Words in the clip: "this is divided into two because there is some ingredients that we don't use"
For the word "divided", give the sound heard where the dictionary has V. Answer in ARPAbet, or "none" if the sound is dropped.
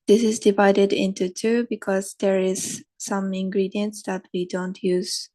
V